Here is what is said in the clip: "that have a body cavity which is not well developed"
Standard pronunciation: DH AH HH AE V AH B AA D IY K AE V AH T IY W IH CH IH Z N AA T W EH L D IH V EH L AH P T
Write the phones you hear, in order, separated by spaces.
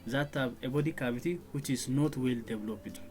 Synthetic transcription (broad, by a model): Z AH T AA B AH B AA D IY K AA B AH T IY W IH CH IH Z N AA T W EH L D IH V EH L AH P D